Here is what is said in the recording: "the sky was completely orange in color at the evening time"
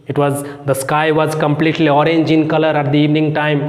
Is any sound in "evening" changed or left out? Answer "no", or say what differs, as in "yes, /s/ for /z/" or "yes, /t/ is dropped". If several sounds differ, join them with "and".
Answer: no